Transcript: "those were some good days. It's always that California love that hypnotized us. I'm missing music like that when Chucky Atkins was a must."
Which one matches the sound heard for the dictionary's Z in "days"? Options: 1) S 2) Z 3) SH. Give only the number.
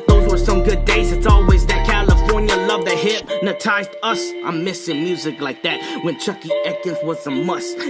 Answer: 2